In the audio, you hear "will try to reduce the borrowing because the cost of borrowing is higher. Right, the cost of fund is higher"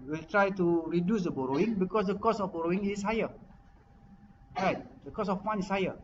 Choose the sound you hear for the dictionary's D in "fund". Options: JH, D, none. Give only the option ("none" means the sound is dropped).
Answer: none